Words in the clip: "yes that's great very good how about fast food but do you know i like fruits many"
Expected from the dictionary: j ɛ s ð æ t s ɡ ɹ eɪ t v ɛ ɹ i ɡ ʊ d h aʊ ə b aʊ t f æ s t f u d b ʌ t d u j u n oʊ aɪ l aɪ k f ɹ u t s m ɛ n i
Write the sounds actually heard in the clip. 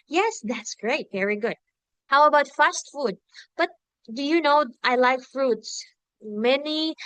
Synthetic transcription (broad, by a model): j ɛ s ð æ t s ɡ ɹ eɪ t v ɛ ɹ i ɡ ʊ d h aʊ ə b aʊ t f æ s t f u d b ʌ t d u j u n oʊ aɪ l aɪ k f ɹ u t s m ɛ n i